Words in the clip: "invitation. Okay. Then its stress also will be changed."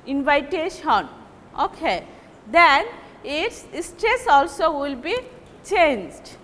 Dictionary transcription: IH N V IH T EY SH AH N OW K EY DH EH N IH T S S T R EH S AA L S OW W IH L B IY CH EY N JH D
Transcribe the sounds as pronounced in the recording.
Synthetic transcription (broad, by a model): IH N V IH T EY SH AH N OW K EY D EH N IH T S S T R EH S AA L S OW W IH L B IY CH EY N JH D